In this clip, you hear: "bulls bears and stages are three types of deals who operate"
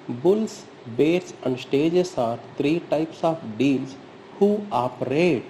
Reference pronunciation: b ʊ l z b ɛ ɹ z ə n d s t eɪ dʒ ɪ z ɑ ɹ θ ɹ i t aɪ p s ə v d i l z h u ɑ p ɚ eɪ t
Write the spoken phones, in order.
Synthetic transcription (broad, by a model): b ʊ l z b ɛ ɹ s ə n d s t eɪ dʒ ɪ s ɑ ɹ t ɹ i t aɪ p s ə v d i l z h u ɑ p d eɪ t